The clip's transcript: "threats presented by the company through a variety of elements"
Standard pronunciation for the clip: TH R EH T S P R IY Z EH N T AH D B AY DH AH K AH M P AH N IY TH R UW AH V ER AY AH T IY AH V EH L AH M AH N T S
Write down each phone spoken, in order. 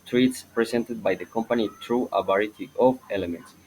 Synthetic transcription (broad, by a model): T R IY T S P R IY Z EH N T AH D B AY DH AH K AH M P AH N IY T R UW AH B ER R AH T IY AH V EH L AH M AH N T S